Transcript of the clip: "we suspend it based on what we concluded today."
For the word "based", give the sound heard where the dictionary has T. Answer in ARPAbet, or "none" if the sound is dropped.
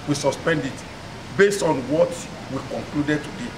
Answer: T